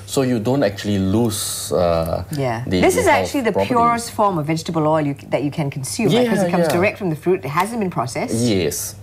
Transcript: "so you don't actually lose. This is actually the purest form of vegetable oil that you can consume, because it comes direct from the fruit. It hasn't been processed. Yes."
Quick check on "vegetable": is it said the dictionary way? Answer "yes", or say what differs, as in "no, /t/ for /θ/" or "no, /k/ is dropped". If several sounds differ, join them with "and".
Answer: yes